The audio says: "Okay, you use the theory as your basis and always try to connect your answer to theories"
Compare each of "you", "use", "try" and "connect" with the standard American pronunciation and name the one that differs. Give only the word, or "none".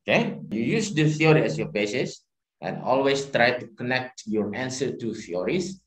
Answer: none